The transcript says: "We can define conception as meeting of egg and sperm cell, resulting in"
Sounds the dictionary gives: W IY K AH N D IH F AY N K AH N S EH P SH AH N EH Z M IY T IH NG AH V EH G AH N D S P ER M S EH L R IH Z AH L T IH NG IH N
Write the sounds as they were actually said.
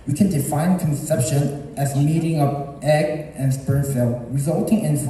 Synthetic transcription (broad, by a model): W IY K AH N D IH F AY N K AH N S EH P SH AH N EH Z M IY T IH NG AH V EH G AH N S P ER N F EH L R IH Z AH L T IH NG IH N